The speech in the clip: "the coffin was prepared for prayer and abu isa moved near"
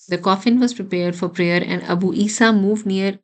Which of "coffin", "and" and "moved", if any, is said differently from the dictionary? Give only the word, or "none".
none